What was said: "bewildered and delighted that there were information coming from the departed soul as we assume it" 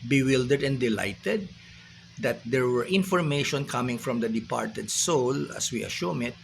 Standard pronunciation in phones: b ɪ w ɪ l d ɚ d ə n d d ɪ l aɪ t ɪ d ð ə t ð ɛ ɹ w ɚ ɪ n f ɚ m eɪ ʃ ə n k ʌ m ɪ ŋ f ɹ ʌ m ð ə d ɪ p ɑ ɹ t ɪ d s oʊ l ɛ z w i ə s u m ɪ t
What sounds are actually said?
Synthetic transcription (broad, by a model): b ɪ w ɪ l d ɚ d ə n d d ɪ l aɪ t ɪ d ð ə t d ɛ ɹ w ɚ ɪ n f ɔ m eɪ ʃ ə n k ʌ m ɪ ŋ f ɹ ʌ m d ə d ɪ p ɑ ɹ t ɪ d s oʊ l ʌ s w i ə ʃ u m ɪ t